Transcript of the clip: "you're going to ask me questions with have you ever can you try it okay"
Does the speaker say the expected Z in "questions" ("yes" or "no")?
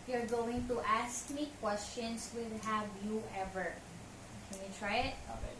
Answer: no